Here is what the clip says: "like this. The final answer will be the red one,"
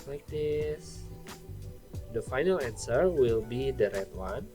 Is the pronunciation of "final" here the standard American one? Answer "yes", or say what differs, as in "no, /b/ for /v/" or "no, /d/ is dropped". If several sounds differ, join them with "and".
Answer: yes